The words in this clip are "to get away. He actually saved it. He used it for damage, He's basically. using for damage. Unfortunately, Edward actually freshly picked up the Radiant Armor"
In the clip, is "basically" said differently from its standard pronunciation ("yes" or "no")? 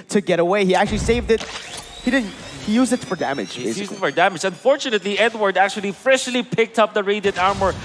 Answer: yes